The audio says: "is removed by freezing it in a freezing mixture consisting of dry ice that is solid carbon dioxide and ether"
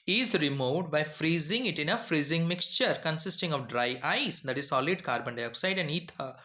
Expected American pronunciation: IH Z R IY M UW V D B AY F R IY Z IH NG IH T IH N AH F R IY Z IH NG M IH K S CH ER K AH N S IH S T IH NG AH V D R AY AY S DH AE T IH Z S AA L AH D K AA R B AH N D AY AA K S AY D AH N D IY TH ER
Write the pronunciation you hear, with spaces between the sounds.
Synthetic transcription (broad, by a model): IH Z R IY M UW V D B AY F R IY Z IH NG IH T IH N AH F R IY Z IH NG M IH K S CH ER K AH N S IH S T IH NG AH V D R AY AY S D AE T IH Z S AA L AH D K AA R B AH N D AY AA K S AY D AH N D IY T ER